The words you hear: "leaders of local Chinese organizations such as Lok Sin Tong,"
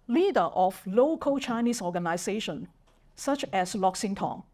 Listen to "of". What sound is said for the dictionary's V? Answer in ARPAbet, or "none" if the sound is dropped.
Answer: F